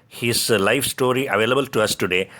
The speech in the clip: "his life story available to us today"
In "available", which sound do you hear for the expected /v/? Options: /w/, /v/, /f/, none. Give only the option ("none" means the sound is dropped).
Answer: /v/